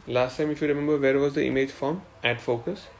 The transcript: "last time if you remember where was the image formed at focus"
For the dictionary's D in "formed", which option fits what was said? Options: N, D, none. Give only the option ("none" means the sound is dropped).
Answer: none